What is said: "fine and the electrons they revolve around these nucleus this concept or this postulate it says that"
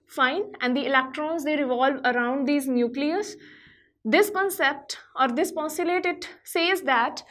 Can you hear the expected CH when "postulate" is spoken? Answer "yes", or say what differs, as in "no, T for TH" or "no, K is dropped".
no, CH is dropped